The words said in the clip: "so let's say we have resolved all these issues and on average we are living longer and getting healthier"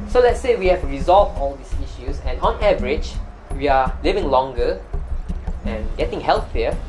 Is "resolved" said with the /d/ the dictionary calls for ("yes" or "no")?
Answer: no